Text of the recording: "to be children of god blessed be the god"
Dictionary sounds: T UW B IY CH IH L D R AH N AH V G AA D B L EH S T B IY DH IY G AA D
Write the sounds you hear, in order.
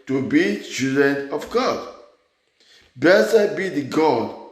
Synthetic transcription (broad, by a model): T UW B IY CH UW D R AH N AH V G AA D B EH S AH B IY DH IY G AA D